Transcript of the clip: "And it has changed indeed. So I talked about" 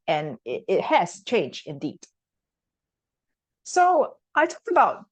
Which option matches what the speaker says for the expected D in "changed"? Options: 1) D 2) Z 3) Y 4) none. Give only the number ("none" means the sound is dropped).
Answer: 4